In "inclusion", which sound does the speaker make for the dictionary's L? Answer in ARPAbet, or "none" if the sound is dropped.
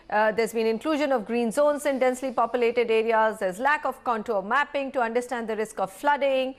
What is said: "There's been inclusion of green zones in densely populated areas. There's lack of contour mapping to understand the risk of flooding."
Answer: L